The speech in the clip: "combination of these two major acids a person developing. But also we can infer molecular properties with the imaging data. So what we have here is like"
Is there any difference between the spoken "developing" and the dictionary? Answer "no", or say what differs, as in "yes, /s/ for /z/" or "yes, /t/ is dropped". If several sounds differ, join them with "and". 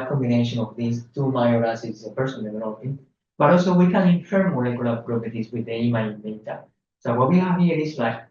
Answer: yes, /n/ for /l/ and /p/ is dropped